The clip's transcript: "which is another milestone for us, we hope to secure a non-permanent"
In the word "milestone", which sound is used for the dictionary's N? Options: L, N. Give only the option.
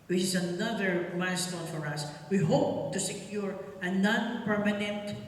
L